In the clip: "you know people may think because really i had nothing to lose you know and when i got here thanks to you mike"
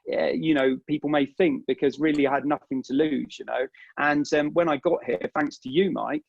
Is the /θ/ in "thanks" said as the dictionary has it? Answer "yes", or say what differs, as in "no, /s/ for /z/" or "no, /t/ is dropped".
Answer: yes